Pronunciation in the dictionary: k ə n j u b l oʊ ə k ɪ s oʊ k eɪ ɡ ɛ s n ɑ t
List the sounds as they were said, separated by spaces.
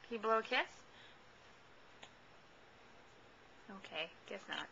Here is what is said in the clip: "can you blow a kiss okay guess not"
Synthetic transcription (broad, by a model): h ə b l oʊ ə k ɪ s oʊ k eɪ ɡ ɛ s n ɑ t